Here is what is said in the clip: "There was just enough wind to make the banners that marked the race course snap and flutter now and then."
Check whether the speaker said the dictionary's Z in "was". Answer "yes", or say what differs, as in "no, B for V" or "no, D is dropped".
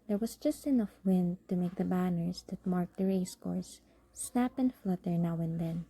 no, S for Z